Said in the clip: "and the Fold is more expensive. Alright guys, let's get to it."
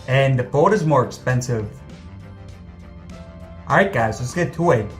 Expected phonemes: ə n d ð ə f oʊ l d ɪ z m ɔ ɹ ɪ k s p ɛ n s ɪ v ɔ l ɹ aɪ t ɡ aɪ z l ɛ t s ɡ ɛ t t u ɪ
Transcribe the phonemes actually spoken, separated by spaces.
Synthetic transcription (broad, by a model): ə n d ð ə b oʊ d ɪ z m ɔ ɹ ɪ k s p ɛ n s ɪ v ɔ ɹ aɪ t ɡ aɪ z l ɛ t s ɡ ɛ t t u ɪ